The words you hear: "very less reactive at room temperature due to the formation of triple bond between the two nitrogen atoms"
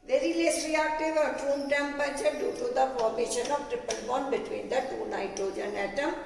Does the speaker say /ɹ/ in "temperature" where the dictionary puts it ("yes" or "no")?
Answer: no